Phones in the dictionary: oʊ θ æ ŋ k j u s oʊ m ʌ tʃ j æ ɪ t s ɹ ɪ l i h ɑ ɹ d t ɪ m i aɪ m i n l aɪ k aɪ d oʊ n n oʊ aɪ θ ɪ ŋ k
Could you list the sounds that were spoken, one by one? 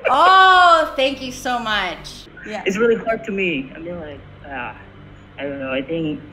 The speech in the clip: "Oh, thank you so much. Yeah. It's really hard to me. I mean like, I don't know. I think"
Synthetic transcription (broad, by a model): oʊ θ æ ŋ k j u s oʊ m ʌ tʃ j æ ɪ t s ɹ ɪ l i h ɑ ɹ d t ɪ m i aɪ m i n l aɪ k aɪ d oʊ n n oʊ aɪ θ ɪ ŋ k